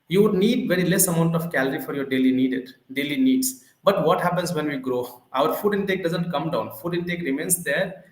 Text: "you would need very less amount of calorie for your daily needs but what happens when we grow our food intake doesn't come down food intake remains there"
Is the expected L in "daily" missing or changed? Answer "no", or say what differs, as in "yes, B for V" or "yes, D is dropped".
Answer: no